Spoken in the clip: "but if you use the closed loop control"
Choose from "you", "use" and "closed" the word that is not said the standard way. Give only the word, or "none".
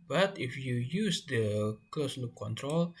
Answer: closed